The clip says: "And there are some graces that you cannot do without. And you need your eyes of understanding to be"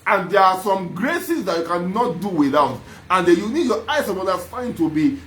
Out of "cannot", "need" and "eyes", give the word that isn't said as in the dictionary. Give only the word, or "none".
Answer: eyes